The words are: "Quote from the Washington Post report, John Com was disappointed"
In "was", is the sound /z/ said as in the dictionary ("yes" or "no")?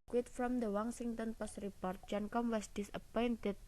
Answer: no